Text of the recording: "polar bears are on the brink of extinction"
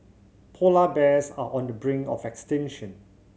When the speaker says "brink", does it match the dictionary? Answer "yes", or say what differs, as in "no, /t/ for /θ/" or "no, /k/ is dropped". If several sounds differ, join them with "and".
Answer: no, /k/ is dropped